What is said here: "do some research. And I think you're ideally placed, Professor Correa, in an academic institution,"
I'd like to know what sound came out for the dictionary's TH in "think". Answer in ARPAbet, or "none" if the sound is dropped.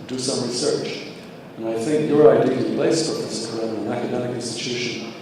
TH